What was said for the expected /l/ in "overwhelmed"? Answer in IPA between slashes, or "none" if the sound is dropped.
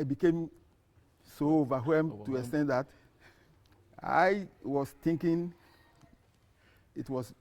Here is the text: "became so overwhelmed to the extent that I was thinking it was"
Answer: none